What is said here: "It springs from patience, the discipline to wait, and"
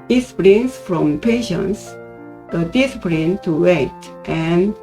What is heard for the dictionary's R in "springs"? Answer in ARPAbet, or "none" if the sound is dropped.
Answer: L